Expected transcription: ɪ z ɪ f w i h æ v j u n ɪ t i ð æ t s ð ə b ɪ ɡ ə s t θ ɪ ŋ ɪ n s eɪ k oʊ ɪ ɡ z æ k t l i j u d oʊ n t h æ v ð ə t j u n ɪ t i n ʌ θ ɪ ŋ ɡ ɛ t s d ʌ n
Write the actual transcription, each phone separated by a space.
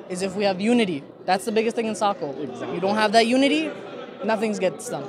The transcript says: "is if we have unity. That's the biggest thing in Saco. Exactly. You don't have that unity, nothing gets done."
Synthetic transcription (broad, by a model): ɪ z ɪ f w i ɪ v j u n ɪ t i ð æ t s ð ə b ɪ ɡ ə s t θ ɪ ŋ ɪ n s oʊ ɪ k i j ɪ d oʊ n t h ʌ v ð ə t j u n ɪ t i n ʌ θ ɪ ŋ ɡ ɛ t s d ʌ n